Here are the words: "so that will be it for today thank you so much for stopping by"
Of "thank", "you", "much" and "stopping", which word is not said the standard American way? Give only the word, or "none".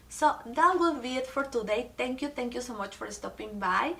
thank